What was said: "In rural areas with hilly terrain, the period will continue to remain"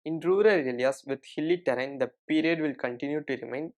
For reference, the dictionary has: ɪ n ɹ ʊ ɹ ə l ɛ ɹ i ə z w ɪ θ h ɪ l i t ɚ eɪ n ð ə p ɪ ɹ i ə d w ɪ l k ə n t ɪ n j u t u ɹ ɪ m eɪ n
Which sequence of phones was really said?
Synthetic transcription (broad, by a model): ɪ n ɹ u ɹ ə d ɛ l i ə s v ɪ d h ɪ l i t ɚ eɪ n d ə p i ɹ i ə d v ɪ l k ə n t ɪ n j u t u ɹ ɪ m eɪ n